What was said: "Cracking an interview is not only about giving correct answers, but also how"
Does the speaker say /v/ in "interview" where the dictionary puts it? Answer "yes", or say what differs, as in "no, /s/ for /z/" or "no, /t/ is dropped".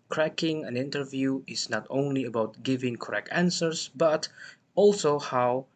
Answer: yes